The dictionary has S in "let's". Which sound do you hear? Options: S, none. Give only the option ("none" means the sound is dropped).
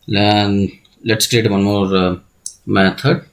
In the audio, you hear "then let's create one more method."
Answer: S